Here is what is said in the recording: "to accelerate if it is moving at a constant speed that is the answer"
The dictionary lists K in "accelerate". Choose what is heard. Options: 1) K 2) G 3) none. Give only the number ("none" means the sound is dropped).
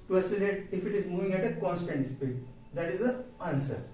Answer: 3